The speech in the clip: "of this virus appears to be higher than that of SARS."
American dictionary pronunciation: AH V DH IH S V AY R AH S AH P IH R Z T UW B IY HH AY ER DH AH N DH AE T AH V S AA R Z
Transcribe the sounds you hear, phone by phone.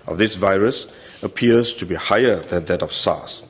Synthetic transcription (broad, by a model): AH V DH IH S V AY R AH S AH P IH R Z T UW B IY HH AY ER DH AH N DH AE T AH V S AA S